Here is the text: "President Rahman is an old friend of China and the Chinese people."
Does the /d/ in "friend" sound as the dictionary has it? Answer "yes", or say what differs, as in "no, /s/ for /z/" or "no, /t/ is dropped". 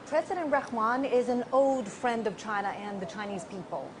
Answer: yes